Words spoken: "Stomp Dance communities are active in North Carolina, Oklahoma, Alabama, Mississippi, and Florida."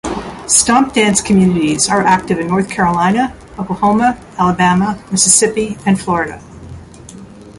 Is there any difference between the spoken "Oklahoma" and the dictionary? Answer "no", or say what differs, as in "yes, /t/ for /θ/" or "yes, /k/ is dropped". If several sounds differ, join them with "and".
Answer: yes, /l/ is dropped